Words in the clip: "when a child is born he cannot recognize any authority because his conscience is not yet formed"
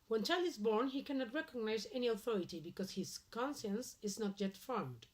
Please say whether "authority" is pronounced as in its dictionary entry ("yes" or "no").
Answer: yes